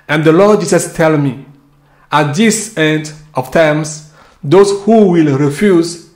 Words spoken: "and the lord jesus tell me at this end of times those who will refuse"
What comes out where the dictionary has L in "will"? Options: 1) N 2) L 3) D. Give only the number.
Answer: 2